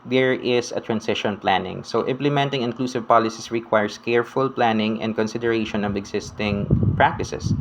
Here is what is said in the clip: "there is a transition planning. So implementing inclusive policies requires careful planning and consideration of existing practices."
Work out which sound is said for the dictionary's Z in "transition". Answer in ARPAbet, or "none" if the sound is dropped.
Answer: S